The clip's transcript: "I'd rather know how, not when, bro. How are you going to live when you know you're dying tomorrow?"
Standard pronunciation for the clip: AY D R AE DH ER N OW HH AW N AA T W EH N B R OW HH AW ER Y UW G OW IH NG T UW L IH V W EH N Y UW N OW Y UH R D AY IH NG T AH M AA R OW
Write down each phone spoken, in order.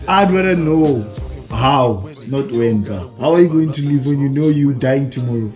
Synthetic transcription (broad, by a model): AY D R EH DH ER N OW HH AW N AA T W EH N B OW HH AW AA Y UW G OW IH NG T UW L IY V W EH N Y UW N OW Y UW D AY IH NG T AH M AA R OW